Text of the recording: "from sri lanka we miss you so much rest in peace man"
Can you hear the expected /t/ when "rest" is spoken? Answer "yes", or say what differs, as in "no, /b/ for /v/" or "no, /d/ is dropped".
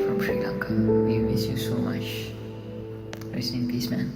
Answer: no, /t/ is dropped